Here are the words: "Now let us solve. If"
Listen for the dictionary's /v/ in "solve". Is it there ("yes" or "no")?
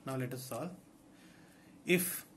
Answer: no